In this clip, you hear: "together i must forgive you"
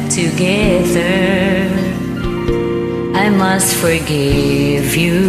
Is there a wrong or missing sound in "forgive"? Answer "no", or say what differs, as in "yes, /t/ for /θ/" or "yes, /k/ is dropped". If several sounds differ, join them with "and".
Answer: no